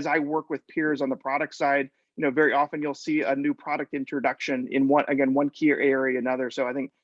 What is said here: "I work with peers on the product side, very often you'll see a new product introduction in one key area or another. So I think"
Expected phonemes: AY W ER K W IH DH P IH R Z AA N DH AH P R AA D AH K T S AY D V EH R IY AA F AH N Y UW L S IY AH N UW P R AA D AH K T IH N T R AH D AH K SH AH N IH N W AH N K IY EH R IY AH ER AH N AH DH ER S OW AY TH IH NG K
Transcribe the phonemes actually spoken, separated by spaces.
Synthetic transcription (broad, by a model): AY W ER K W IH DH P IH R Z N DH AH P R AA D AH K T S AY D V EH R IY AA F AH N Y UW L S IY AH N UW P R AA D AH K T IH N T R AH D AH K SH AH N IH N W AH N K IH EH W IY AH ER AH N AH DH ER S OW AY TH IH NG K